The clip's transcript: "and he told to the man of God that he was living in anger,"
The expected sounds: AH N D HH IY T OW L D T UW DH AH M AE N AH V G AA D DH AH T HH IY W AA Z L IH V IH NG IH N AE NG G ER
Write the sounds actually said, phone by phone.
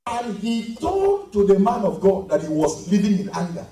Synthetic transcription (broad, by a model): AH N HH IY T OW D T UW DH AH M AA N AH V G AA D DH AH T HH IY W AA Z L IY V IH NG IH N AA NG G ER